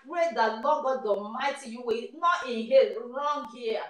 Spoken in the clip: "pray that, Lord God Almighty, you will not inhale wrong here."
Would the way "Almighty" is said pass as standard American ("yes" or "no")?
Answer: no